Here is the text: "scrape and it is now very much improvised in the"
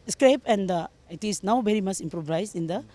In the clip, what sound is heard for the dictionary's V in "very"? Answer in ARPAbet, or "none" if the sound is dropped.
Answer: B